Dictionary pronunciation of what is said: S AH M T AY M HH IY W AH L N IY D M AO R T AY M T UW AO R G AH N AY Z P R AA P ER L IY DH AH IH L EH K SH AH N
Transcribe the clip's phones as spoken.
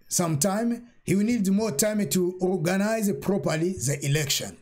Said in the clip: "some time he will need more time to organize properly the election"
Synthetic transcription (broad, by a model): S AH M T AY M HH IY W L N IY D M AO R T AY M T UW AO R G AH N AY Z P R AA P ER L IY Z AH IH L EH K SH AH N